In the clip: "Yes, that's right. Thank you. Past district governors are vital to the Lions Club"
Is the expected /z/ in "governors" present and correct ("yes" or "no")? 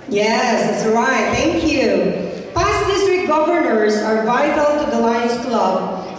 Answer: yes